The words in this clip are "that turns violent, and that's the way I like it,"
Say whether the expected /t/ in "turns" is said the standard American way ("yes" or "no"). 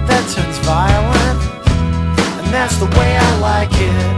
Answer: no